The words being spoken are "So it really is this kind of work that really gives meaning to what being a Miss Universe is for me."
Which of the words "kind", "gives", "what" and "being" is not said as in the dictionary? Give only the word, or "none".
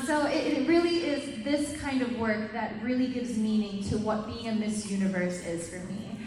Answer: none